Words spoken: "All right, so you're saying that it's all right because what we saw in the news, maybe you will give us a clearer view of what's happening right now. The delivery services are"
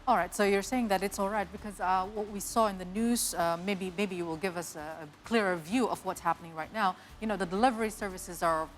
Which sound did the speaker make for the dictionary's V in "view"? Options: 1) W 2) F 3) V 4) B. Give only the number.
3